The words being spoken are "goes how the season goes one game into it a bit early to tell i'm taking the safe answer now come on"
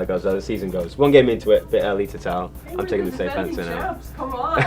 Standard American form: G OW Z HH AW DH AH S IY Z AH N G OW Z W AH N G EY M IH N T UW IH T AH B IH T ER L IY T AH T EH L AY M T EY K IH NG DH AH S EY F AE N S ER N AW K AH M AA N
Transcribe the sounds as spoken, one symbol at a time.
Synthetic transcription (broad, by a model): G OW Z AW DH AH S IY Z AH N G OW Z W AH N G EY M IH N T UW IH T AH B IH T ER L IY T AH T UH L AY M T EY K IH NG DH AH S EY F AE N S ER N AW